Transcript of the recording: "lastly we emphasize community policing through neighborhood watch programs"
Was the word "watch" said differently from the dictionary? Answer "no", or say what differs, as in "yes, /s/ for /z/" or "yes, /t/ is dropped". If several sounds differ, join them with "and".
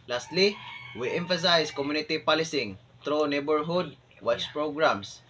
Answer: yes, /s/ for /tʃ/